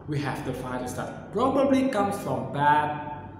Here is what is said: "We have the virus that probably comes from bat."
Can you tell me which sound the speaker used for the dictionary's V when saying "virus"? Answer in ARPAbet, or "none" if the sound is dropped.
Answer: F